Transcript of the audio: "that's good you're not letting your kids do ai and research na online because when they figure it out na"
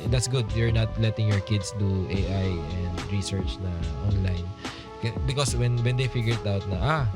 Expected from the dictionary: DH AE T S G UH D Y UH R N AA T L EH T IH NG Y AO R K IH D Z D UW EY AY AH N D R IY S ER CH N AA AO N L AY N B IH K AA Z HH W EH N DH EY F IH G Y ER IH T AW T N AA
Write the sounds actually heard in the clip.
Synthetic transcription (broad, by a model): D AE T S G UH D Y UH R N AA T L EH T IH NG Y AO R K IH D S D UW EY AY AH N D R IY S ER CH N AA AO N L AY N B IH K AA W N W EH N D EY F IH G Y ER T AW T N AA